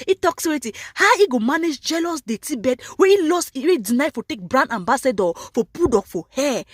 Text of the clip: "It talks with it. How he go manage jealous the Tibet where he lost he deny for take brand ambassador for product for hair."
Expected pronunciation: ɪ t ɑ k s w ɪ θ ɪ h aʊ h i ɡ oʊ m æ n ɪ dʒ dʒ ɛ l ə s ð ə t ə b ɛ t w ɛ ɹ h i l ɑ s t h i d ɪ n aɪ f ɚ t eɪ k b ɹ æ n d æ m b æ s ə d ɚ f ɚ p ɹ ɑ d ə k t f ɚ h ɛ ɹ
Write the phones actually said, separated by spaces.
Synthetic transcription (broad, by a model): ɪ t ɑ k s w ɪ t ɪ h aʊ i ɡ oʊ m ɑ n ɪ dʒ dʒ ɛ l ə s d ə t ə b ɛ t w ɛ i l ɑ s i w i d ɪ n aɪ f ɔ t eɪ k b ɹ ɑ n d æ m b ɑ s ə d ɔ f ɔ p u d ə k f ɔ h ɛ